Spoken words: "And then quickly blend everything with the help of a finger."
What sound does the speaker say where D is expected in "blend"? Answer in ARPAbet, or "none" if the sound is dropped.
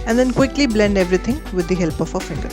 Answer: D